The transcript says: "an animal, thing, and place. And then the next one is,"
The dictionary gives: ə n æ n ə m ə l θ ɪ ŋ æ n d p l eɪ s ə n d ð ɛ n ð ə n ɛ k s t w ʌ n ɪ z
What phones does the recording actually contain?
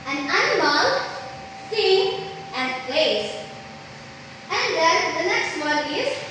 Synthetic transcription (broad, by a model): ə n æ n ə m ə l s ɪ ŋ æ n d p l eɪ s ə n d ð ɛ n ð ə n ɛ k s t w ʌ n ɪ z